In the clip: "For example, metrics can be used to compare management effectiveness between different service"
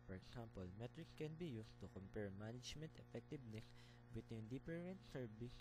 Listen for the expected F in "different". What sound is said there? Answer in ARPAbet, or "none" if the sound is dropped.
P